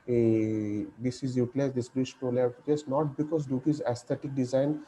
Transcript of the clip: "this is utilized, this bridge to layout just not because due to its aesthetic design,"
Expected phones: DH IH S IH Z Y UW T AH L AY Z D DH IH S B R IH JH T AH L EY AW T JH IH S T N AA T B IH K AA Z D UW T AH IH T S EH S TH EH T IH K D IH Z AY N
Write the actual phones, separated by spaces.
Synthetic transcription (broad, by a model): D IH S IH Z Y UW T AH L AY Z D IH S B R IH SH T AH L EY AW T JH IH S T N AA T B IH K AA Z D UW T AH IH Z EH S T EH T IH K D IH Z AY N